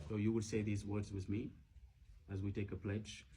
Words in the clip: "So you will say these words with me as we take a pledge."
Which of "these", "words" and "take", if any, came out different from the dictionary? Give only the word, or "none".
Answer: none